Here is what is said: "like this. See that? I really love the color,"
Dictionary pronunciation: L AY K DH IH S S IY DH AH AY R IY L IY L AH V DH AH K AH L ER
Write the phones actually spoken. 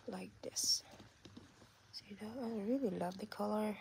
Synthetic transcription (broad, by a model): L AY K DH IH S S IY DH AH AY R IY L IY L AH V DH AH K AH L ER